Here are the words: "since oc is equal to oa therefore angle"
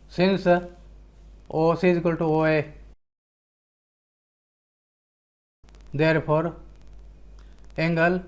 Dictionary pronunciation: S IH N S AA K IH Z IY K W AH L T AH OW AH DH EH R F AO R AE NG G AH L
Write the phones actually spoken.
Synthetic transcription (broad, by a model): S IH N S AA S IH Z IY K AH L T OW AH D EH R P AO R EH NG G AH L